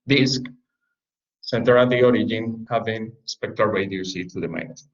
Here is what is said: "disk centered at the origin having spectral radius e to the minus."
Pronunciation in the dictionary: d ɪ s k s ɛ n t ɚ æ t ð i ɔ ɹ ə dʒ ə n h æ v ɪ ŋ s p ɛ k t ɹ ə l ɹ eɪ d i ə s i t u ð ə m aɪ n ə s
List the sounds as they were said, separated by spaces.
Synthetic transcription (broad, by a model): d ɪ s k s ɛ n t ɚ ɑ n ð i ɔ ɹ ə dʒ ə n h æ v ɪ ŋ s p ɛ k t ə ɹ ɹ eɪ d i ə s i t u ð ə m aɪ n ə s